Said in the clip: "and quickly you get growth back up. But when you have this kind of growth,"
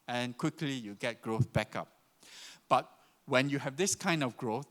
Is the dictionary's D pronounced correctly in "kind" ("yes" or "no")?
yes